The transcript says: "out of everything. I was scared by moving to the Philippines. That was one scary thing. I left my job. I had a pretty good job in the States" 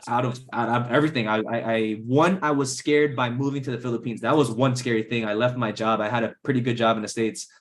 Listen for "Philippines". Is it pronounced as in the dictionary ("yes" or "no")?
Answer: yes